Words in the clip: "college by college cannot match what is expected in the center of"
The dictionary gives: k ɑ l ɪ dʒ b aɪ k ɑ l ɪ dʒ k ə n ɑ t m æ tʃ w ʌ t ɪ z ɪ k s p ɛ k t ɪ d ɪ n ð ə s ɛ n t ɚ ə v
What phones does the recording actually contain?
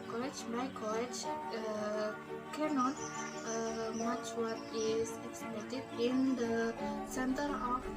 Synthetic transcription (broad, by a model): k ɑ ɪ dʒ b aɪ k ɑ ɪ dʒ k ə n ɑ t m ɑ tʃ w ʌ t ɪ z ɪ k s ɛ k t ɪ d ɪ n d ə s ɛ n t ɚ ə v